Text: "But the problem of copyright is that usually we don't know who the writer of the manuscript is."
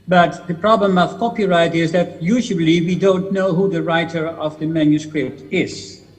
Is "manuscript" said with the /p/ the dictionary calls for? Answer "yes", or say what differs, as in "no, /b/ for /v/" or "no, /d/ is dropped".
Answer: yes